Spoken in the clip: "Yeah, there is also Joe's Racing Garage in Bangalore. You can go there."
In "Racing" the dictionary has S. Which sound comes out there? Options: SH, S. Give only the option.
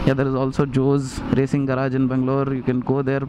S